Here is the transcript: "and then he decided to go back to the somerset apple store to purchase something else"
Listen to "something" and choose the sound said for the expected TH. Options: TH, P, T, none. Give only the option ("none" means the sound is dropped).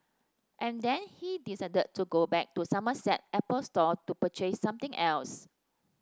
T